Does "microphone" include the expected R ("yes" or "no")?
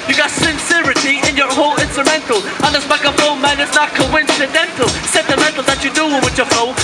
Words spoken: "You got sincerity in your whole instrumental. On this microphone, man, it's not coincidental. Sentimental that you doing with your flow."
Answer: no